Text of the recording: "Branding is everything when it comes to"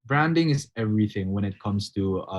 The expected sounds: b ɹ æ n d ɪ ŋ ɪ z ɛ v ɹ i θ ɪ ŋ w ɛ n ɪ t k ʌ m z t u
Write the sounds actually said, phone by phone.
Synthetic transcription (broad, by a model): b ɹ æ n d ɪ ŋ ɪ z ɛ v ɹ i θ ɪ ŋ w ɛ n ɪ t k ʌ m s t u